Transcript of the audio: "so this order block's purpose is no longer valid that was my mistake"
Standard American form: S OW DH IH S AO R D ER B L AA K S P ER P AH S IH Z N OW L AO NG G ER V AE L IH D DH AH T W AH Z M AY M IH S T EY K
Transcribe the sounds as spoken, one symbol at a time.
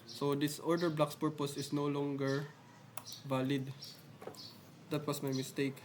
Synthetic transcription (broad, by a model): S OW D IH S AO R D ER B L AA K S P ER P AH S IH S N OW L AO NG G ER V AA L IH D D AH T W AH S M AY M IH S T EY K